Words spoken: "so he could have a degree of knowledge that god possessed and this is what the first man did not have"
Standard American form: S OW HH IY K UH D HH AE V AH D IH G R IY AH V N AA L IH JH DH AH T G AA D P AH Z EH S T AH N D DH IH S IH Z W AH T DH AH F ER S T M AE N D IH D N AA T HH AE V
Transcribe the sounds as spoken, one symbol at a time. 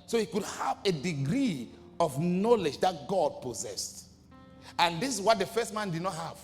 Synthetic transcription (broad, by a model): S OW HH IY K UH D HH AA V AH D IH G R IY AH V N AA L IH JH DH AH T G AA D P AH Z EH S T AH N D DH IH S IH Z W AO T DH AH F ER S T M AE N D IH D N AA T HH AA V